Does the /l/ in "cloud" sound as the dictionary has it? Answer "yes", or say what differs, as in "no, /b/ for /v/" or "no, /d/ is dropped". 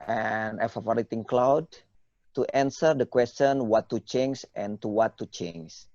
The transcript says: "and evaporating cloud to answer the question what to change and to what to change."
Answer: yes